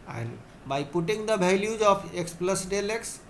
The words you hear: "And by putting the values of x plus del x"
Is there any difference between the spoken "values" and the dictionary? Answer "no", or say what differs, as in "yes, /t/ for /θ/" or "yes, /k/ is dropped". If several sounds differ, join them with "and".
yes, /b/ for /v/